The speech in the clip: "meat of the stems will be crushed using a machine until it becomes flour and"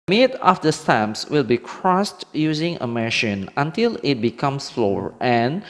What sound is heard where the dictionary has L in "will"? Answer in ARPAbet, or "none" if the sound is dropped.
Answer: L